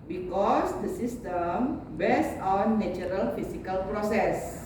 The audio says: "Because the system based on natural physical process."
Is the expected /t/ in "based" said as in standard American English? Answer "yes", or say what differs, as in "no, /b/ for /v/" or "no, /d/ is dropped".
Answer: no, /t/ is dropped